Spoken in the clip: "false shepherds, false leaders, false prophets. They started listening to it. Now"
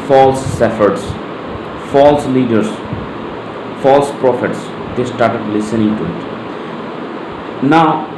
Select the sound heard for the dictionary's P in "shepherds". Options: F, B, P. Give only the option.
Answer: F